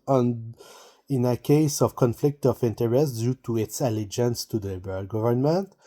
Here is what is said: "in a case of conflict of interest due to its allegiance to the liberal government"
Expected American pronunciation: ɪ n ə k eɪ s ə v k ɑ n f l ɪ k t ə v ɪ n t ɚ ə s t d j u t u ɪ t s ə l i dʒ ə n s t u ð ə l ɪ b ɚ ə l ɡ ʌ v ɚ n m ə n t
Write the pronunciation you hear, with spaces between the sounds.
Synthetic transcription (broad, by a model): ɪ n ə k eɪ s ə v k ɑ n f l ɪ k t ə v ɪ n t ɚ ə s t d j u t u ɪ t s ə l i dʒ ə n s t u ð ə l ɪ b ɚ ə l ɡ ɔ v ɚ n m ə n t